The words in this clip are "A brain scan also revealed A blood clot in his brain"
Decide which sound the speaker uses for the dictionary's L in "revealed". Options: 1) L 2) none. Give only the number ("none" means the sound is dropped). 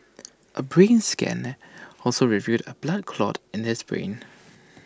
2